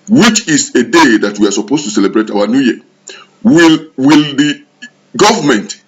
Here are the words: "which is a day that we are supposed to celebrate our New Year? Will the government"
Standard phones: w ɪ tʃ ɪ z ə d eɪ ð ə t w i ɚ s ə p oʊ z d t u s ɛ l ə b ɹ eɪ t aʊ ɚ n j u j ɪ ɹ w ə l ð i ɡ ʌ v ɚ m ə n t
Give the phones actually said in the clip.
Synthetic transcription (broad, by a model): w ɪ tʃ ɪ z ə d eɪ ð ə t w i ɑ s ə p oʊ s t u s ɛ l ə b ɹ eɪ t aʊ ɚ n j u j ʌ l w ə l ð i ɡ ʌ v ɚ m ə n t